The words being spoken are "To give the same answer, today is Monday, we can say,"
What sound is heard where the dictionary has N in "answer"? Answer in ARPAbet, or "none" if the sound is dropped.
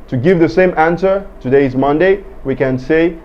N